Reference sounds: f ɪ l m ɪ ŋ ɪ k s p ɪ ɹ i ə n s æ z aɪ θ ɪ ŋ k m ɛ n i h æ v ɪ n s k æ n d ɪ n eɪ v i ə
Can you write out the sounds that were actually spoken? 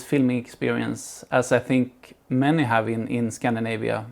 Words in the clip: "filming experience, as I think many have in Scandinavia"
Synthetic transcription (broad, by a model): f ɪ l m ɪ ŋ ɪ k s p ɪ ɹ i ə n s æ s aɪ θ ɪ ŋ k m ɛ n i h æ v ɪ n s k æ n d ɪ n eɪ v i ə